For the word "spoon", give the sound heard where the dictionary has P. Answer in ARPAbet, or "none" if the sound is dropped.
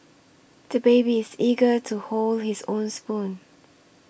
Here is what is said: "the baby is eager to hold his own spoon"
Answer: P